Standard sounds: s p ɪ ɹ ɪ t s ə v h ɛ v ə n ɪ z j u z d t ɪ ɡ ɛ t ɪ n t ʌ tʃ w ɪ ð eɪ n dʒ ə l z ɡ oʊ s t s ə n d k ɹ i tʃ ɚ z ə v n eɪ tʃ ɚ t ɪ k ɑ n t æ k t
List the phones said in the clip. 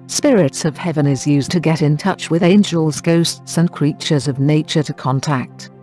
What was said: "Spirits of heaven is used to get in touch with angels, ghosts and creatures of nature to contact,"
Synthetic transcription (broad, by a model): s p ɪ ɹ ɪ t s ə v h ɛ v ə n ɪ z j u z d t ɪ ɡ ɛ t ɪ n t ʌ tʃ w ɪ ð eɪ n dʒ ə l z ɡ oʊ s t s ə n k ɹ i tʃ ɚ z ə v n eɪ tʃ ɚ t ɪ k ɑ n t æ k t